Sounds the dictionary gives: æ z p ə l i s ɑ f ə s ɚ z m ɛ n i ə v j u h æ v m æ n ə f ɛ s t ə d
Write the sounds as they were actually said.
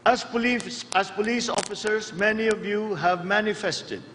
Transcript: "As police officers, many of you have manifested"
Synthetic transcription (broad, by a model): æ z p ə l i s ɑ f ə s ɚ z m ɛ n i ə v j u h æ v m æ n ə f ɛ s t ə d